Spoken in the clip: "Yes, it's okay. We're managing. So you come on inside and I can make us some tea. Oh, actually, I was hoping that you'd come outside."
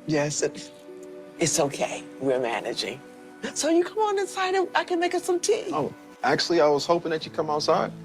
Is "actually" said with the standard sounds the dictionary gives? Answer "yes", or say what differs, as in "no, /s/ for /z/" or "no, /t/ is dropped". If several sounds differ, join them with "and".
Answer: yes